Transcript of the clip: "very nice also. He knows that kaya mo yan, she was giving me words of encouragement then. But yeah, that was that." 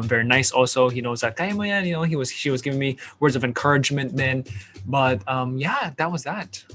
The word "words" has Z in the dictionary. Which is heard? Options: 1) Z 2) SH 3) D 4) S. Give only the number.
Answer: 1